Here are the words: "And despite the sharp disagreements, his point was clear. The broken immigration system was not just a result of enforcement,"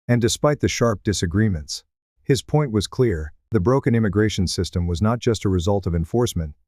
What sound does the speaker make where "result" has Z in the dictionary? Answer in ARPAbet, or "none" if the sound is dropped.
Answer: Z